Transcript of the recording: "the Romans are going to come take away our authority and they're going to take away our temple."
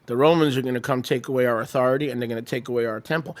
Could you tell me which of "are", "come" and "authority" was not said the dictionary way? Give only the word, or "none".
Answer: none